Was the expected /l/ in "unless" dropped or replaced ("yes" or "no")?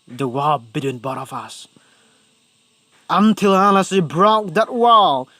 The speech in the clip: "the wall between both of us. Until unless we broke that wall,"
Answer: yes